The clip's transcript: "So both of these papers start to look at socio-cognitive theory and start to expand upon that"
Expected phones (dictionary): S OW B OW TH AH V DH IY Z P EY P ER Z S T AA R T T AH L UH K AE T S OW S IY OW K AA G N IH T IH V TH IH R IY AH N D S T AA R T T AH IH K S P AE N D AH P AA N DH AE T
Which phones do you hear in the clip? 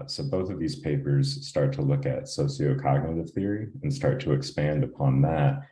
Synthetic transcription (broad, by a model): S OW B OW TH AH V DH IY Z P EY P ER Z S T AA R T T AH L UH K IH T S OW S IY OW K AA G N IH T IH V TH IH R IY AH N S T AA R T T AH IH K S P AE N D AH P AA N DH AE T